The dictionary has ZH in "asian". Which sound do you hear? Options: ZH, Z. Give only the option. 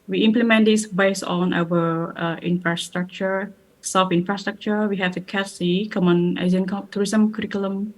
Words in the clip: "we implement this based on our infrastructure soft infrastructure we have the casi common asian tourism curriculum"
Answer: Z